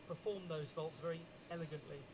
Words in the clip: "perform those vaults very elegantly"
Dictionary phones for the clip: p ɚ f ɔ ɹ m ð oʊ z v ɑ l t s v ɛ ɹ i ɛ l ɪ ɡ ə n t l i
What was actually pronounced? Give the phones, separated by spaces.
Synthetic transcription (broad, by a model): p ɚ f ɔ m ð oʊ z v ɑ l t s v ɛ ɹ i ɛ l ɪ ɡ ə n t l i